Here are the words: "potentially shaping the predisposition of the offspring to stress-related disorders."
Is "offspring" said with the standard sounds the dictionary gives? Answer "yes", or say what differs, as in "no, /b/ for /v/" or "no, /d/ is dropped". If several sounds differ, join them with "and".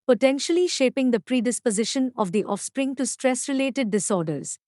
yes